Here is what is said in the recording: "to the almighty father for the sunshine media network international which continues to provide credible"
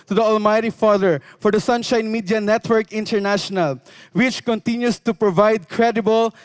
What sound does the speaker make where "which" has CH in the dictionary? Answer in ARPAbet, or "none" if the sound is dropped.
CH